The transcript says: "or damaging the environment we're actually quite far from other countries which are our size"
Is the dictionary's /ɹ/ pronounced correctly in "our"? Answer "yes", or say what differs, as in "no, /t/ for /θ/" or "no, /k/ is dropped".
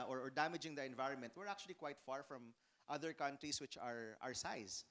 yes